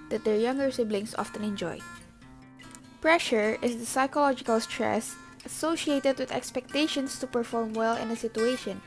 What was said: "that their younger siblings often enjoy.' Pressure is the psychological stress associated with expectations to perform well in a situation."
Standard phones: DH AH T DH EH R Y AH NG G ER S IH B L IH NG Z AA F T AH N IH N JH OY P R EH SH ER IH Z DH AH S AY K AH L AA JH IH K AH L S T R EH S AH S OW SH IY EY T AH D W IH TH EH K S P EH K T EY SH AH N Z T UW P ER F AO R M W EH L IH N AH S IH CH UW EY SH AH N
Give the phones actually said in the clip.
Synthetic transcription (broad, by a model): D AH T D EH R Y AH NG G ER S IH B L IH NG S AA F T AH N IH N JH OY P R EH SH ER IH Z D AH S AY K AH L AA JH IH K AH L S T R EH S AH S OW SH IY EY T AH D W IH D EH K S P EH K T EY SH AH N S T UW P ER F AO R M W EH L IH N AH S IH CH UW EY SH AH N